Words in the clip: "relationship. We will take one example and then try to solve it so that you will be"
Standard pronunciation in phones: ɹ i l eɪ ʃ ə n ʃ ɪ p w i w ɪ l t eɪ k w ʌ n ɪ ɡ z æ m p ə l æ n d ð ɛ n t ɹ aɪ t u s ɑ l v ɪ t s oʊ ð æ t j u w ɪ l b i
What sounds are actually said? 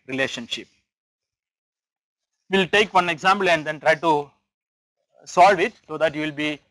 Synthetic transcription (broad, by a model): ɹ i l eɪ ʃ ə n ʃ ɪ p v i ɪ l t eɪ k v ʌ n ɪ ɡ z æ m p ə l æ n d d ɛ n t ɹ aɪ t u s ɑ l v ɪ t s oʊ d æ t j u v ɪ l b i